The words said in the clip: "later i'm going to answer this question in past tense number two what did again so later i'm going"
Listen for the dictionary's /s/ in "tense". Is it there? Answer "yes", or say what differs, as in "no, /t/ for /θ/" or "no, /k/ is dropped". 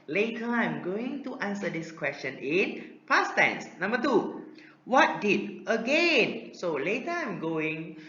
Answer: yes